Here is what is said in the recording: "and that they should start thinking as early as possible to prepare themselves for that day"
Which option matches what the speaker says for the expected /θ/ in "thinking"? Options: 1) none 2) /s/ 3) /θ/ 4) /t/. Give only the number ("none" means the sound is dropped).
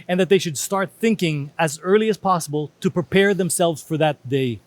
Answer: 3